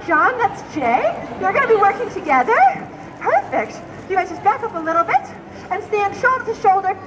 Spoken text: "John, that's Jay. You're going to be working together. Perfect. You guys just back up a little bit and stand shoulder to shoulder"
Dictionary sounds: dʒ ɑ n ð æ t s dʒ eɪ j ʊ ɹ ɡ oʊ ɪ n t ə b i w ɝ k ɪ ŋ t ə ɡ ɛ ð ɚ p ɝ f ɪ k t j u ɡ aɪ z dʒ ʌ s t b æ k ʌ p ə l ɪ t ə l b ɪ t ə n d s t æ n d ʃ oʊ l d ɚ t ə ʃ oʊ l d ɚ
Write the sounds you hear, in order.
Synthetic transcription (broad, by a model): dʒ ɑ n ð æ t s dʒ eɪ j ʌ ɹ ɡ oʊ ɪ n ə b i w ɝ k ɪ ŋ t ə ɡ ɛ ð ɚ p ɝ f ɪ k t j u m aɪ dʒ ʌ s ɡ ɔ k ʌ p ə l ɪ t l b ɪ t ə n s t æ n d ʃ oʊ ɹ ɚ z ʃ oʊ l d ɚ